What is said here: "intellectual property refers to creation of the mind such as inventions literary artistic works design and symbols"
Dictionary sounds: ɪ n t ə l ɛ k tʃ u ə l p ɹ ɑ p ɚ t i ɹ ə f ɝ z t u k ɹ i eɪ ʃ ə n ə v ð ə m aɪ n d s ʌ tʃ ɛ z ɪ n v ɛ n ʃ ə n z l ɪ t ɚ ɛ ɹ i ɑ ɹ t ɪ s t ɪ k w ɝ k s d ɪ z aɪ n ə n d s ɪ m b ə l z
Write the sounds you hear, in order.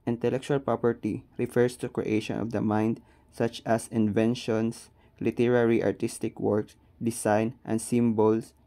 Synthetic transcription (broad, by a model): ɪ n t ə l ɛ k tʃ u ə l p ɹ ɑ p ɚ t i ɹ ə f ɝ s t u k ɹ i eɪ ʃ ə n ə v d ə m aɪ n d s ʌ tʃ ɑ s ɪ n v ɛ n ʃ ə n s l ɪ t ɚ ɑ ɹ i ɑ ɹ t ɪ s t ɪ k w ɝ k s d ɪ s aɪ n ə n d s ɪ m b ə l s